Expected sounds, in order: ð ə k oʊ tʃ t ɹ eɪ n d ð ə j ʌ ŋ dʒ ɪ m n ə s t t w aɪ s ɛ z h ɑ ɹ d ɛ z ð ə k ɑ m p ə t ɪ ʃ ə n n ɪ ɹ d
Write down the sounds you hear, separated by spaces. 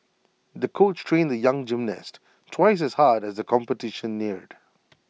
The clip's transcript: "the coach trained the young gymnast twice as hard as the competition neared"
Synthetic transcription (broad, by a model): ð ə k oʊ tʃ t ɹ eɪ n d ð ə j ʌ ŋ dʒ ɪ m n ə s t t w aɪ s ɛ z h ɑ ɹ d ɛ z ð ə k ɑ m p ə t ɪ ʃ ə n n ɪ ɹ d